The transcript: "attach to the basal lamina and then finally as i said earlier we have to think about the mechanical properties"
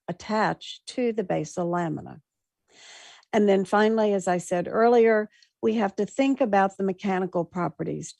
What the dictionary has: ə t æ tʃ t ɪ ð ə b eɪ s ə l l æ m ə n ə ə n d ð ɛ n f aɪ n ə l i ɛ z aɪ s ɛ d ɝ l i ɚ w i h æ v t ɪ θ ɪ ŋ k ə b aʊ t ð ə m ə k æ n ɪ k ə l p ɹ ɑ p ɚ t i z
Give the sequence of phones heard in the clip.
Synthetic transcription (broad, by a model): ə t æ tʃ t ɪ ð ə b eɪ s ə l l æ m ə n ə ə n ð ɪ n f aɪ n l i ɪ z aɪ s ɛ d ɝ l i ɚ w i h æ f t ɪ θ ɪ ŋ k ə b aʊ t ð ə m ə k æ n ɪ k l p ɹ ɑ p ɚ t i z